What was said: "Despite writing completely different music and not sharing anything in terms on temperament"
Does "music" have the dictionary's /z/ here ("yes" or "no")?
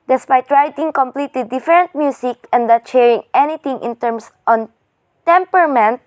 no